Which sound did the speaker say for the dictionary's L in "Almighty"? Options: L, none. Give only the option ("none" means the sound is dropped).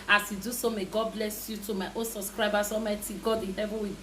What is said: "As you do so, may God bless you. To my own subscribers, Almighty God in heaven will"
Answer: none